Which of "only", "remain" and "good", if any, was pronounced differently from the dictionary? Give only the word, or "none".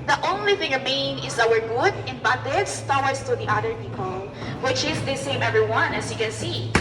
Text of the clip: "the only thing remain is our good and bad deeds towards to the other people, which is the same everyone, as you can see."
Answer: remain